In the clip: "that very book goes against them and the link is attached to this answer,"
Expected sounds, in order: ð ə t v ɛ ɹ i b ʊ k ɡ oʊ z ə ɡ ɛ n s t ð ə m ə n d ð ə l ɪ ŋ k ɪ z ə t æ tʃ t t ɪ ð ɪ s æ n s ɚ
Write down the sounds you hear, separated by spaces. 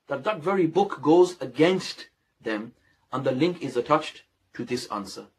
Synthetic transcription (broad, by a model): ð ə t v ɛ ɹ i b ʊ k ɡ oʊ z ə ɡ ɛ n s t ð ə m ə n ð ə l ɪ ŋ k ɪ z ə t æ tʃ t t ɪ ð ɪ s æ n s ɚ